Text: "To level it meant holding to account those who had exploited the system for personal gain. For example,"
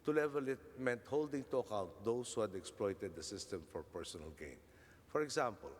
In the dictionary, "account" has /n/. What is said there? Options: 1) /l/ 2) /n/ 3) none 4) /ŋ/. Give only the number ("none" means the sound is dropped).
3